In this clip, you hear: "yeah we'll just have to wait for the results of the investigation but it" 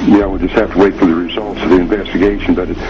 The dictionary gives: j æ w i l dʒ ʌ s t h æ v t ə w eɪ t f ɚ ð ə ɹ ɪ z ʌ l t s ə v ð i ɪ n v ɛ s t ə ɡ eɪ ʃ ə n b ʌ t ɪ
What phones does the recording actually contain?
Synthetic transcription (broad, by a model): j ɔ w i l dʒ ʌ s t h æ f t ə w eɪ t f ɚ ð ə ɹ ɪ z ʌ l t s ə v ð i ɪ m v ɛ s t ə ɡ eɪ ʃ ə n b ʌ t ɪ